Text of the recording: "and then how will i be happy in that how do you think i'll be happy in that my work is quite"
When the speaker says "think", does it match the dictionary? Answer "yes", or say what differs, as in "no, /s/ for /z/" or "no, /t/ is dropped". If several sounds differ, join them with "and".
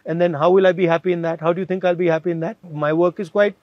no, /t/ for /θ/